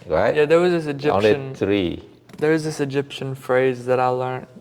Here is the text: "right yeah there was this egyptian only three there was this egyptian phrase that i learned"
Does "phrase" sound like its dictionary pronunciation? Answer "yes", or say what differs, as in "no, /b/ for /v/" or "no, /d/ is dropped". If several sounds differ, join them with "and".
yes